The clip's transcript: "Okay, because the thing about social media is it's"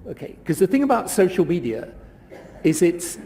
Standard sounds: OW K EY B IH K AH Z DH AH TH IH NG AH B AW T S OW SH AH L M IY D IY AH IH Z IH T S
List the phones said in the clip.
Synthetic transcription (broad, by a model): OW K EY IH K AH Z DH AH TH IH NG AH B AW T S OW SH AH L M IY D IY AH IH Z IH T S